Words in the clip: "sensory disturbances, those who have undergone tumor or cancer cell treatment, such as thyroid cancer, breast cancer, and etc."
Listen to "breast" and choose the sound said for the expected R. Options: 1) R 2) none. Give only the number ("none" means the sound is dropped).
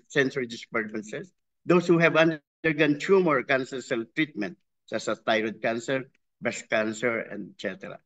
2